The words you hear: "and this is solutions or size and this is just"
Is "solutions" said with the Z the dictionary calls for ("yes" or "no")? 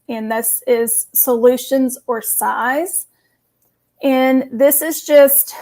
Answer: yes